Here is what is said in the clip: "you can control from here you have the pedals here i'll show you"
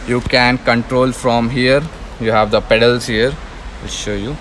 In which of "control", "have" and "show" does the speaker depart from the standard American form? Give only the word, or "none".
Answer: none